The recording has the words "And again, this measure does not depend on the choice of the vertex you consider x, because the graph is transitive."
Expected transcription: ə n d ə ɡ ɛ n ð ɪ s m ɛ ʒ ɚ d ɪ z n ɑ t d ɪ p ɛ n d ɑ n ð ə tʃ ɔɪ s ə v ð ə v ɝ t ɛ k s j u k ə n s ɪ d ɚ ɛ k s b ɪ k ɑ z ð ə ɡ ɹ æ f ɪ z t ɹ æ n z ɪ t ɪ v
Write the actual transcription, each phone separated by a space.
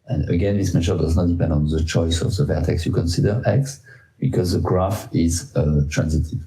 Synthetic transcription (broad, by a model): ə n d ə ɡ ɛ n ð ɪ s m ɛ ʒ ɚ d ɪ z n ɑ t d ɪ p ɛ n d ɑ n ð ə tʃ ɔɪ s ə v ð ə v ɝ t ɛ k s j u k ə n s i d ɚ ɛ k s b ɪ k ɑ z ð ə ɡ ɹ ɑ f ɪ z t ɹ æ n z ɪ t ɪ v